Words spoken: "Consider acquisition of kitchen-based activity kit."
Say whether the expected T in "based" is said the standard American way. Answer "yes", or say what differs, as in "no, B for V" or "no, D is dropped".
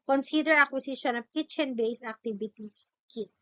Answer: no, T is dropped